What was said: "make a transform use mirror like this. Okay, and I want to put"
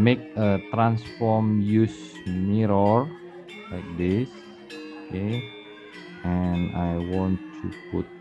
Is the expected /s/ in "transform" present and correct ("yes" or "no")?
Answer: yes